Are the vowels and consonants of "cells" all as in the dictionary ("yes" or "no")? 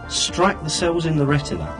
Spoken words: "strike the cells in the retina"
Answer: yes